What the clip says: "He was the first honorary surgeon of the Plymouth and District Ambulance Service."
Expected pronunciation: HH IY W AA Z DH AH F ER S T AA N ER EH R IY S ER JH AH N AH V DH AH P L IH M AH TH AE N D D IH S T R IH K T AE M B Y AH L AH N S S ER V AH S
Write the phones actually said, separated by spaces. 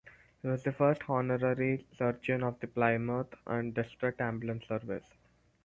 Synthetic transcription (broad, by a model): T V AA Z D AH F ER S T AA N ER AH R IY S ER JH AH N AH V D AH P L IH M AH T AE N D D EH S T R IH T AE M B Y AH L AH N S S ER V AH S